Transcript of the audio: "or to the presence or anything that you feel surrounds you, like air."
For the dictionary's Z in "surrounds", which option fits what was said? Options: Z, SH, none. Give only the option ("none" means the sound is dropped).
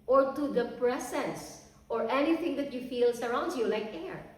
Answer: none